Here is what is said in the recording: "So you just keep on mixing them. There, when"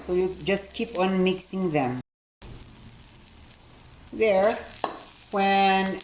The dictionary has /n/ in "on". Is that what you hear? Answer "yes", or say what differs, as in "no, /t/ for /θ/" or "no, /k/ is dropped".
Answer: yes